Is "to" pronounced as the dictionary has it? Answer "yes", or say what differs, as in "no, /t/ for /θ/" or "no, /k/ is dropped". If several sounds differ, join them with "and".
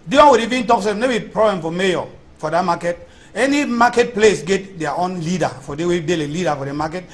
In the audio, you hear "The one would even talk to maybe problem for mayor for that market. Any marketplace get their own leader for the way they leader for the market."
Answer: no, /s/ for /t/